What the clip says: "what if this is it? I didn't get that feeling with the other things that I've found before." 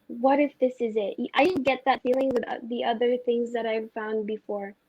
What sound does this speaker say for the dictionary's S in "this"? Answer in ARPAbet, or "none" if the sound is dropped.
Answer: S